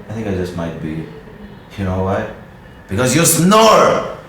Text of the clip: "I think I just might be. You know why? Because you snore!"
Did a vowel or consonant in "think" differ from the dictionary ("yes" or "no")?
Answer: no